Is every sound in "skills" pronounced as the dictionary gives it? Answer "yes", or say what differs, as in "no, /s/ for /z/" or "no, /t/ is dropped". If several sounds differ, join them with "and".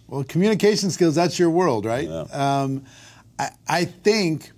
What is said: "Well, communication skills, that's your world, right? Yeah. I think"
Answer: yes